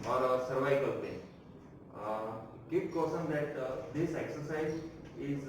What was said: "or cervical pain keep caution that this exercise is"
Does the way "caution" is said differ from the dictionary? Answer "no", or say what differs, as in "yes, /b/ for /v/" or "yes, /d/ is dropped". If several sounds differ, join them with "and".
yes, /s/ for /ʃ/